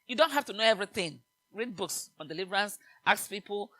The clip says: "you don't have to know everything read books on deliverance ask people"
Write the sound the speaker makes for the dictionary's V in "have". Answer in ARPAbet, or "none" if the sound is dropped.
F